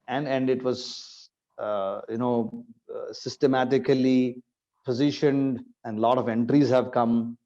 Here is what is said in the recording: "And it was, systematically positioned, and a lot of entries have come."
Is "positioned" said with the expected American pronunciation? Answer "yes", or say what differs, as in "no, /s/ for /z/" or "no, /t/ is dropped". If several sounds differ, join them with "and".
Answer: yes